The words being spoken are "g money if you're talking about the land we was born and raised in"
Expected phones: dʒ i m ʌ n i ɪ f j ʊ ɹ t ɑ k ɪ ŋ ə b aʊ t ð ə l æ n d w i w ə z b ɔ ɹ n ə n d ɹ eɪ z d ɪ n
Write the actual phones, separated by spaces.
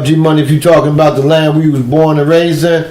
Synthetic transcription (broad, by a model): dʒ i m ʌ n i ɪ f j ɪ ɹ t ɑ k ɪ ŋ ə b aʊ t ð ə l æ n d w i w ə z b ɔ ɹ n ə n ɹ eɪ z ɪ